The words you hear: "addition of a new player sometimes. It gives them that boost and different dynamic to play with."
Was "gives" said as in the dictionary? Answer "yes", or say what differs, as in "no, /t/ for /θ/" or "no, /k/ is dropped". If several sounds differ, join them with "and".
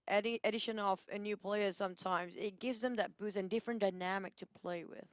yes